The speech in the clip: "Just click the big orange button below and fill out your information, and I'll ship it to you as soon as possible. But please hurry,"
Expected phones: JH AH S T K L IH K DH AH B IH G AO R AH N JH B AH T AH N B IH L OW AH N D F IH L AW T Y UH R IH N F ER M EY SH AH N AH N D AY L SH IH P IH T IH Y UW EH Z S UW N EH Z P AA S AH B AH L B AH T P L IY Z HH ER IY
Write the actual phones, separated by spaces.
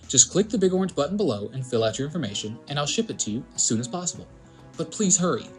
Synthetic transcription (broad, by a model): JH AH S K L IH K DH AH B IH G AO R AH N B AH T N B IH L OW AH N F IH L AW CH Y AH R IH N F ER M EY SH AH N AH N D AY L SH IH P IH T IH Y UW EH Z S UW N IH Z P AA S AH B L B AH T P L IY Z HH ER IY